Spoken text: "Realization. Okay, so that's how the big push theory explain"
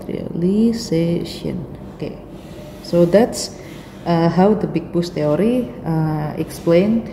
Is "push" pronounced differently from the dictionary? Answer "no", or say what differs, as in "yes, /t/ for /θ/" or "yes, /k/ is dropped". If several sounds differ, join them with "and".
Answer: yes, /b/ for /p/